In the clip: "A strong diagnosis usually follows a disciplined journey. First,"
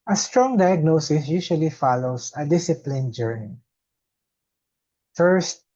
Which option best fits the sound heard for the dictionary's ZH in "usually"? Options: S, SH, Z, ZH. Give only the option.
SH